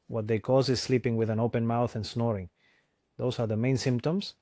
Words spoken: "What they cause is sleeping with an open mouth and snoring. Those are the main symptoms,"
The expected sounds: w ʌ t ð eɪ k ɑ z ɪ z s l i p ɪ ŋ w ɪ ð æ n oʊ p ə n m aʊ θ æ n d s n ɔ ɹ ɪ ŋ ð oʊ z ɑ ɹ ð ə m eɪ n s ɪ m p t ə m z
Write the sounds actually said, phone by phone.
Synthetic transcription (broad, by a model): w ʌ t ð eɪ k ɑ z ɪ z s l i p ɪ ŋ w ɪ ð æ n oʊ p ə n m aʊ θ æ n s n ɔ ɹ ɪ ŋ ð oʊ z ɑ ɹ ð ə m eɪ n s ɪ m p t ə m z